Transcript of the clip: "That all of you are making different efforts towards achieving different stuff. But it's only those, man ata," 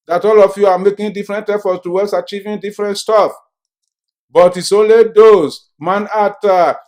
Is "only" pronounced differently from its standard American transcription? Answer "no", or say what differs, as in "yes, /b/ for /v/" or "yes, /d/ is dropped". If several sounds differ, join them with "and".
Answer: yes, /n/ is dropped